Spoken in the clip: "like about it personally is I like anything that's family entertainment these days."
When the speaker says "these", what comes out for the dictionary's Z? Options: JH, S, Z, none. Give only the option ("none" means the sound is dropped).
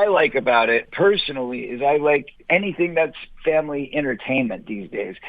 Z